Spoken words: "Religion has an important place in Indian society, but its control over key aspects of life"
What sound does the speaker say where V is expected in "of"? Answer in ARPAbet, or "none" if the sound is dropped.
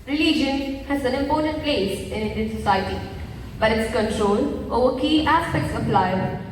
P